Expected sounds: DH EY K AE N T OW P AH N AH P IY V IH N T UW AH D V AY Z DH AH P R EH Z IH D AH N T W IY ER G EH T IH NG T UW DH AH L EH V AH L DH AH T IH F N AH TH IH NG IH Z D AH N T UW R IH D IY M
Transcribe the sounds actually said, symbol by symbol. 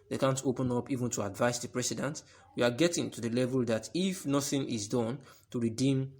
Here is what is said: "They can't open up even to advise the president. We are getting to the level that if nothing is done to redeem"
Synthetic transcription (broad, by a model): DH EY K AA N T OW P AH N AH P IY V IH N T UW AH D V AY S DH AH P R EH S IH D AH N T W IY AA G EH T IH NG T UW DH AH L EH V AH L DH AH T IH F N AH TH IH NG IH Z D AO N T UW R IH D IY M